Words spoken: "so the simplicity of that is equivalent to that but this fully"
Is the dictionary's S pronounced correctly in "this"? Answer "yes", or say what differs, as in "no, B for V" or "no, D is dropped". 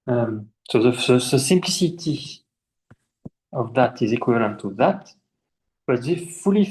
no, S is dropped